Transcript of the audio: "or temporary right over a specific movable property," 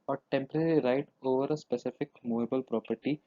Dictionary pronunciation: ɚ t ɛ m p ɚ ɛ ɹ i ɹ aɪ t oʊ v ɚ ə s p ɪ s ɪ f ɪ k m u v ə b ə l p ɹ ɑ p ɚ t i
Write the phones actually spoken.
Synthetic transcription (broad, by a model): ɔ t ɛ m p ɚ ɛ ɹ i ɹ aɪ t oʊ v ɚ ə s p ɪ s ɪ f ɪ k m u v ə b ə l p ɹ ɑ p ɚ t i